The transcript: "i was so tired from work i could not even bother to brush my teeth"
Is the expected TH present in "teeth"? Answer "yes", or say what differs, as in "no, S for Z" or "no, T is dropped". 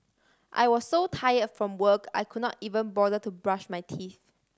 yes